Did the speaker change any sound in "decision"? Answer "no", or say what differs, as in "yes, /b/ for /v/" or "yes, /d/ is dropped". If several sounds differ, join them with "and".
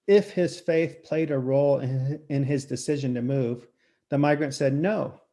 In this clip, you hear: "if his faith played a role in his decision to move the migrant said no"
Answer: no